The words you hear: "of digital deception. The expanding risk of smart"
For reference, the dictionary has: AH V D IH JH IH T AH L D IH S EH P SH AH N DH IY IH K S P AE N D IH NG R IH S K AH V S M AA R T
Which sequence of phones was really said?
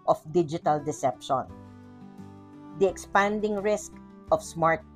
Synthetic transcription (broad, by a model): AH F D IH JH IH T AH L D IH S EH P SH AH N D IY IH K S P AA N D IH NG R IH S K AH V S M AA R T